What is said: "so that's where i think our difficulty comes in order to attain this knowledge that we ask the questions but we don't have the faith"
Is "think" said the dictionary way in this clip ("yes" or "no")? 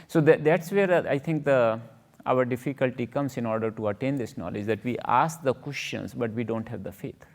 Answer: no